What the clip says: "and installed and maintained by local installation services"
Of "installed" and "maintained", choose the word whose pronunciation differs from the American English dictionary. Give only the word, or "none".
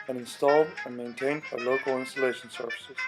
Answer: none